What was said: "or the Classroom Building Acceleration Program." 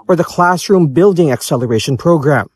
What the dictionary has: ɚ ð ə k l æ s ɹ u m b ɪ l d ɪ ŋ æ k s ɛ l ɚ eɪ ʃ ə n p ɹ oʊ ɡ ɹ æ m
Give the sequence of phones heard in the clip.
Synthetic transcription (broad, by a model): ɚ ð ə k l æ s ɹ u m b ɪ l d ɪ ŋ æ k s ɛ l ɚ eɪ ʃ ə n p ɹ oʊ ɡ ɹ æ m